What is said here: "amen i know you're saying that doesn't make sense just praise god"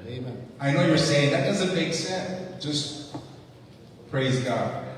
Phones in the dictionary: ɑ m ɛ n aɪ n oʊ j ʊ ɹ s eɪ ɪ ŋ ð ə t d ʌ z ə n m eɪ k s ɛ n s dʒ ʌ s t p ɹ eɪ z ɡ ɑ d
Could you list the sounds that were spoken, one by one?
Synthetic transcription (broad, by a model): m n aɪ n oʊ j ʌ ɹ s eɪ ɪ ŋ ð ə t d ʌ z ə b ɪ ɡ s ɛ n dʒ ʌ s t p ɹ eɪ z ɡ ɑ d